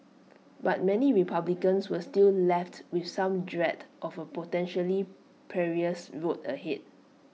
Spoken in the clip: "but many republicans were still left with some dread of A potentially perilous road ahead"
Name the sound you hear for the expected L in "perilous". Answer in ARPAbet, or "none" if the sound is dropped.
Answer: none